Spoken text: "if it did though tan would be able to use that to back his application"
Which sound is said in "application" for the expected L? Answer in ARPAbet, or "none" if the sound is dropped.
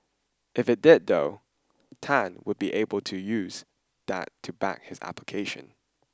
L